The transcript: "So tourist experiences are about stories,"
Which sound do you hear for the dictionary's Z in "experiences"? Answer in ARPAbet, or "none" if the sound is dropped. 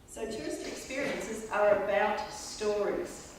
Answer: Z